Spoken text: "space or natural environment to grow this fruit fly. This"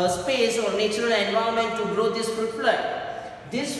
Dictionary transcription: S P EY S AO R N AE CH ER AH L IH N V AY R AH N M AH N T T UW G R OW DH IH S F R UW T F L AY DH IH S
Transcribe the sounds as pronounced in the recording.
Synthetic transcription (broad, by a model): S P EY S AO R N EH CH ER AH L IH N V AY AH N M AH N T T UW G R OW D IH S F UW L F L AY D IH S